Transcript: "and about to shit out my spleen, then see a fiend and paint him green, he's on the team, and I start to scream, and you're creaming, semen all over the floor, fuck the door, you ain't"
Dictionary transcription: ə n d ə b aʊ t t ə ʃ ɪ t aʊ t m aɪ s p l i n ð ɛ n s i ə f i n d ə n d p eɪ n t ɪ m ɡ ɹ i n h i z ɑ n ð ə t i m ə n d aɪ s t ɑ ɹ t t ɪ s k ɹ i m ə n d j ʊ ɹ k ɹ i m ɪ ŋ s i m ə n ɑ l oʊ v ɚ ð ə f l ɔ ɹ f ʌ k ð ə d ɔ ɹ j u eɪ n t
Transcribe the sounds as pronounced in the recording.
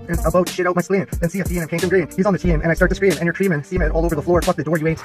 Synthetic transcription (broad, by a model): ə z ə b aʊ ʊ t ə ʃ ɪ t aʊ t m aɪ s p l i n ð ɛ n s i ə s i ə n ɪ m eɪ t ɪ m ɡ ɹ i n h i z n ð ə t i m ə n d aɪ s t ɑ ɹ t t ɪ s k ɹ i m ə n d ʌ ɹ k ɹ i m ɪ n s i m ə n ɑ l oʊ v ɚ ð ə f l ɔ ɹ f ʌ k ð ə d ɔ ɹ j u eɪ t